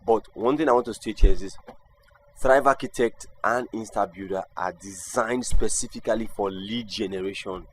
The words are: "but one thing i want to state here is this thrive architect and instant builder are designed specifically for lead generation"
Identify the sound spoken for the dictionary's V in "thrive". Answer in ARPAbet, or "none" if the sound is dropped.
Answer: V